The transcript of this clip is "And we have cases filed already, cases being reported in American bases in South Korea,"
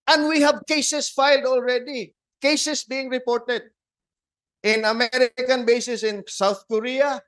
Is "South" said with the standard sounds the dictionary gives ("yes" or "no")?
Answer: yes